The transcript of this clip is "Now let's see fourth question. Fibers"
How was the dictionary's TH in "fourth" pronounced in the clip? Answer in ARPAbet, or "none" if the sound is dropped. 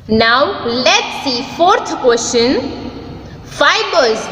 T